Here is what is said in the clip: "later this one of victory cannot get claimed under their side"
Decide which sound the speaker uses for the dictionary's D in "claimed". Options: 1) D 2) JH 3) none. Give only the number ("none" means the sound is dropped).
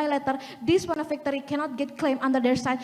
3